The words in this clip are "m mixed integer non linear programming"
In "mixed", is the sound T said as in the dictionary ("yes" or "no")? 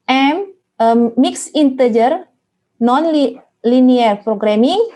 no